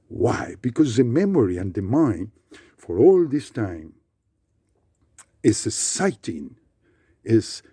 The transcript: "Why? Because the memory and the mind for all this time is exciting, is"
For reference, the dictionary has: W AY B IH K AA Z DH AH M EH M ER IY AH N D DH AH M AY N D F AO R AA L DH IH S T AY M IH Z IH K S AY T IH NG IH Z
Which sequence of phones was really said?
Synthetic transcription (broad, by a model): W AY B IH K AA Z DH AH M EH M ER IY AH N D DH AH M AY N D F AO R AA L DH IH S T AY M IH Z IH S AY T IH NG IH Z